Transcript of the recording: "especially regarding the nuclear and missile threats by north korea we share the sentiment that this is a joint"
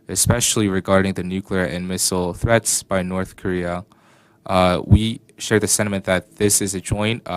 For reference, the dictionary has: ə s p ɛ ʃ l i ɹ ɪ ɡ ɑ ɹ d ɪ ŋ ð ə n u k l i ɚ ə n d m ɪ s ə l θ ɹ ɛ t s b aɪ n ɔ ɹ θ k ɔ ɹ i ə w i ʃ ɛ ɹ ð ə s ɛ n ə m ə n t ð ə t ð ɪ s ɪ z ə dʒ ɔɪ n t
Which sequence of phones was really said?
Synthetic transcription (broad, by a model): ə s p ɛ ʃ l i ɹ ɪ ɡ ɑ ɹ d ɪ ŋ ð ə n u k l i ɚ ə n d m ɪ s l θ ɹ ɛ t s b aɪ n ɔ ɹ θ k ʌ ɹ i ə w i ʃ ɛ ɹ ð ə s ɛ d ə m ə n ð ə t ð ɪ s ɪ z ə dʒ ɔɪ n t